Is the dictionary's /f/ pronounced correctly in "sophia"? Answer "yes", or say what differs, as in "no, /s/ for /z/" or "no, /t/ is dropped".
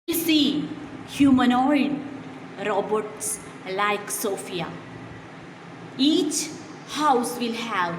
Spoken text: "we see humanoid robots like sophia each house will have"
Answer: yes